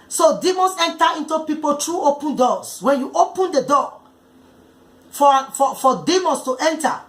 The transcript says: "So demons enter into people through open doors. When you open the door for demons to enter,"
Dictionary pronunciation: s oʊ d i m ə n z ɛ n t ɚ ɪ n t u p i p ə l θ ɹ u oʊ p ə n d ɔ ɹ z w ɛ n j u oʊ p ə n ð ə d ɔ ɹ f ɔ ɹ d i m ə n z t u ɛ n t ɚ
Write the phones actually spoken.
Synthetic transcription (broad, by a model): s oʊ d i m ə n s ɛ n t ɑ ɪ n t u p i p ə l t ɹ u oʊ p ə n d ɔ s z w ɛ n j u oʊ p ə n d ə d ɔ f f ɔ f d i m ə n s t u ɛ n t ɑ